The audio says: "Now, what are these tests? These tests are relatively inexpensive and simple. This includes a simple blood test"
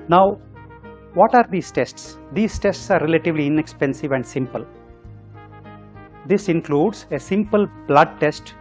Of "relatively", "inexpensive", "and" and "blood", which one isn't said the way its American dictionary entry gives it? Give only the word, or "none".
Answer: none